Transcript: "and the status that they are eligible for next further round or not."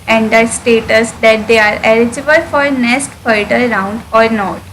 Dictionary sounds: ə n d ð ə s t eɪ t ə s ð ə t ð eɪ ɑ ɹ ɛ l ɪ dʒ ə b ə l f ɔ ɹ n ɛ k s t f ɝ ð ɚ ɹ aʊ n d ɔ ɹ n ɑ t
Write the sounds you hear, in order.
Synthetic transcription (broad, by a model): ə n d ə s t eɪ t ə s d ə t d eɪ ɑ ɹ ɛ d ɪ dʒ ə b ə l f ɔ ɹ n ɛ s t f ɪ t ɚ ɹ aʊ n d ɔ ɹ n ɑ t